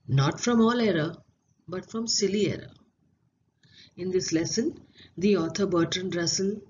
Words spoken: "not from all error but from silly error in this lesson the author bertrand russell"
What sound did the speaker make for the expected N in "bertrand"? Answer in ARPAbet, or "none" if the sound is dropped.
N